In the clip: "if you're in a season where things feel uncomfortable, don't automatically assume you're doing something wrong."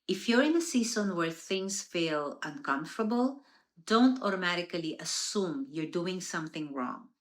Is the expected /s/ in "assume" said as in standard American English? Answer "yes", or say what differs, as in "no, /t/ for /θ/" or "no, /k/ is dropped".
yes